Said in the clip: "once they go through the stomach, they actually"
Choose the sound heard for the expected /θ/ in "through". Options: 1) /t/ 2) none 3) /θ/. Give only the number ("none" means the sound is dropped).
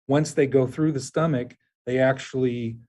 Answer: 3